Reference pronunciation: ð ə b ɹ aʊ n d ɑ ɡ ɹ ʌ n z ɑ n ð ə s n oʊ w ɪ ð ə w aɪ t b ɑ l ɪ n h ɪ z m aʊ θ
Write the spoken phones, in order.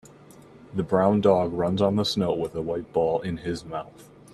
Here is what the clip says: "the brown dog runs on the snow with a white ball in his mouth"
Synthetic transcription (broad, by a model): ð ə b ɹ aʊ n d ɑ ɡ ɹ ʌ n z n ð ə s n oʊ w ɪ ð ə w aɪ t b ɑ l ɪ n ɪ z m aʊ θ